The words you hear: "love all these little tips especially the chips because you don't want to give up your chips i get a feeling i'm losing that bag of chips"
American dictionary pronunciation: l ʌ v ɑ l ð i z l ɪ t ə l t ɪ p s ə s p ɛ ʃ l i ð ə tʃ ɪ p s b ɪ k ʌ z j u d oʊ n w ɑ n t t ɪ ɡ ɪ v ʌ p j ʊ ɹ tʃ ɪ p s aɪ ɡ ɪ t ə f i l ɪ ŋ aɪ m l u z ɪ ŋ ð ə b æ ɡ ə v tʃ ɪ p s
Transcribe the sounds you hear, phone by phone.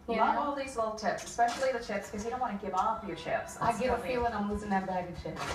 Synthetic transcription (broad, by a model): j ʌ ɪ ɑ l ð i z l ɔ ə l t ɪ p s ə s p ɛ ʃ l i ð ə tʃ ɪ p s k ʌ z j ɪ d oʊ n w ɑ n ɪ ɡ ɪ v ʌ f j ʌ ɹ tʃ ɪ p s aɪ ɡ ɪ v ə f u w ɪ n aɪ m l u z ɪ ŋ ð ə b æ ɡ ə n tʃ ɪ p